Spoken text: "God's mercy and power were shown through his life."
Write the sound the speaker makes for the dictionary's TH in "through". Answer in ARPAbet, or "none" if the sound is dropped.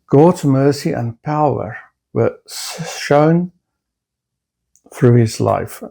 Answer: TH